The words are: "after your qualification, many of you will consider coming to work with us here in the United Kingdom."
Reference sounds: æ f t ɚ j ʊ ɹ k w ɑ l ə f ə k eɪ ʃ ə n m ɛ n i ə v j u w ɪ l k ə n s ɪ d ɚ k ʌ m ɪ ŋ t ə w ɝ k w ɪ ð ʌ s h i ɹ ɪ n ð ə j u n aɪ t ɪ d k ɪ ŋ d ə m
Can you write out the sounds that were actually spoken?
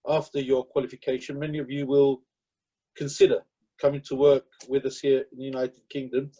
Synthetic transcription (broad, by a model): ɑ f t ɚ j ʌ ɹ k w ɑ l ə f ə k eɪ ʃ ə n m ɛ n i ə v j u w ɪ l k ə n s ɪ d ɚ k ʌ m ɪ ŋ t ə w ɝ k w ɪ ð ʌ s h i ɹ ɪ n ð ə j u n aɪ t ɪ d k ɪ ŋ d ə m